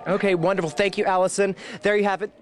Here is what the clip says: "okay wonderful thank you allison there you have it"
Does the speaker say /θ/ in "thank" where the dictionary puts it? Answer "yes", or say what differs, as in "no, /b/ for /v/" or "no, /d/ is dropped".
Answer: yes